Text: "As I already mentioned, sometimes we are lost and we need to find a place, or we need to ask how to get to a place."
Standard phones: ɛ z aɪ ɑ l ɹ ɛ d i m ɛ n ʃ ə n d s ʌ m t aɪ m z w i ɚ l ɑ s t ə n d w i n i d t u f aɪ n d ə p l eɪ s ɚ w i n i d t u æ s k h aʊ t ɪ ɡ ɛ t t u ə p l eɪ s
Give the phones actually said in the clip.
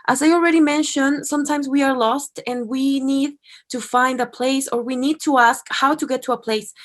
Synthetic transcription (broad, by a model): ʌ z aɪ ɑ l ɹ ɛ d i m ɛ n ʃ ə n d s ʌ m t aɪ m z w i ɚ l ɑ s t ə n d w i n i d t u f aɪ n d ə p l eɪ s ɚ w i n i d t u æ s k h aʊ t ɪ ɡ ɛ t t u ə p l eɪ s